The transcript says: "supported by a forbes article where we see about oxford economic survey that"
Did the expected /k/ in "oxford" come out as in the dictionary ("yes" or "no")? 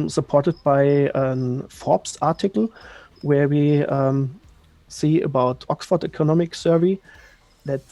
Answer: yes